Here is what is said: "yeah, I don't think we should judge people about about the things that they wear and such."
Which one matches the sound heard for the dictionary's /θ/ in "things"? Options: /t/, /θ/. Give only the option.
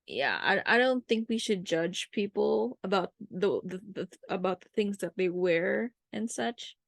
/θ/